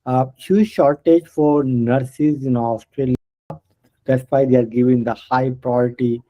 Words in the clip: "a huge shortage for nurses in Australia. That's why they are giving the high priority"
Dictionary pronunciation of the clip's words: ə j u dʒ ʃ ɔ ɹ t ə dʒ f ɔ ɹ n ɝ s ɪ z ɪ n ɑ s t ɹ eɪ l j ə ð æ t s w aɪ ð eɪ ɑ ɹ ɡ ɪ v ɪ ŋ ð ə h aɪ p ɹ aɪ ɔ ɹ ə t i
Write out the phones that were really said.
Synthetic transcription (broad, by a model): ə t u ʃ ɔ ɹ t ə dʒ f ɔ ɹ n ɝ s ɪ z ɪ n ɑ s t ɹ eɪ l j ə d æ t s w aɪ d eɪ ɑ ɹ ɡ ɪ v ɪ ŋ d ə h aɪ p ɹ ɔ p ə t i